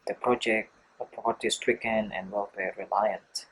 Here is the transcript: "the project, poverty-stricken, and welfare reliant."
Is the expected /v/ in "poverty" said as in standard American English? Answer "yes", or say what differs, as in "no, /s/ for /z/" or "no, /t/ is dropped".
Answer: no, /p/ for /v/